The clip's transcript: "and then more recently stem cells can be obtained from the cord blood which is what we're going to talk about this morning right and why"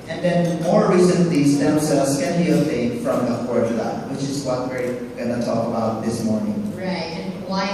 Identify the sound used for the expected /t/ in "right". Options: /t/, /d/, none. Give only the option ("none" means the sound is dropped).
none